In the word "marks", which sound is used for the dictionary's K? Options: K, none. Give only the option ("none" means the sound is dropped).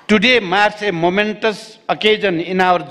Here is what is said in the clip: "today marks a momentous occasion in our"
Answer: none